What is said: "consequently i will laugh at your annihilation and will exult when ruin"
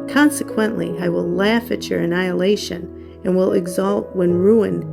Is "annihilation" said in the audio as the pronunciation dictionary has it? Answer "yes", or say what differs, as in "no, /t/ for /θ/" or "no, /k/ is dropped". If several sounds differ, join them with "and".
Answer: yes